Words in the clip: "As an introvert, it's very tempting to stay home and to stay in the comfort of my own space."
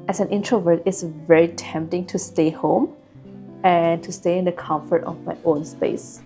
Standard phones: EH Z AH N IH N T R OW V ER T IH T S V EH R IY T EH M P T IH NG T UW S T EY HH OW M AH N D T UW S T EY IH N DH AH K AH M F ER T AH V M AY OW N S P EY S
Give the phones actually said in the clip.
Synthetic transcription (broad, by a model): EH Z AH N IH N T R OW V ER T IH T S V EH R IY T EH M P T IH NG T UW S T EY HH OW M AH N T UW S T EY IH N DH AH K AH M F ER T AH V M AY OW N S P EY S